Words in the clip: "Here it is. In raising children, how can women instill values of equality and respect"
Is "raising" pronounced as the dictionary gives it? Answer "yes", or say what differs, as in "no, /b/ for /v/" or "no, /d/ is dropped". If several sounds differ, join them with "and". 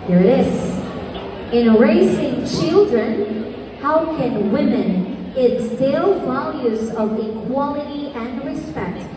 no, /s/ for /z/